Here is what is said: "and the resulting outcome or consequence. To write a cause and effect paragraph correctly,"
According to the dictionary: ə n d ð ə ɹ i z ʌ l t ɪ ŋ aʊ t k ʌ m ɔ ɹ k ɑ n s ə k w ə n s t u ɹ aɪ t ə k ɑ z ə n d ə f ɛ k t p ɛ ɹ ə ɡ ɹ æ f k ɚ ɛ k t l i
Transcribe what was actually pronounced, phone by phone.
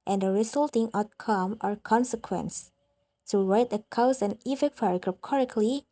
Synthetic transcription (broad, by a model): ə n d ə ɹ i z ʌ l t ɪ ŋ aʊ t k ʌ m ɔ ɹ k ɑ n s ə k w ə n s t u ɹ aɪ t ə k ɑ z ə n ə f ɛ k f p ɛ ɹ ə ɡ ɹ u p k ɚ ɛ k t l i